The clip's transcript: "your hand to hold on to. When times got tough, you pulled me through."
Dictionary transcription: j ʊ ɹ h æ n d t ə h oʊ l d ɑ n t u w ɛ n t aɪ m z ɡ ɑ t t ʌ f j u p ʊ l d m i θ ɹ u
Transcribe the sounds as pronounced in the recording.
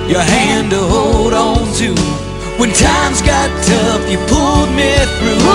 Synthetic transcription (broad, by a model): j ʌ ɹ h æ n d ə h oʊ l d ɑ n t u w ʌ n t aɪ m z ɡ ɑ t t ʌ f j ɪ p ʊ l d m i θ ɹ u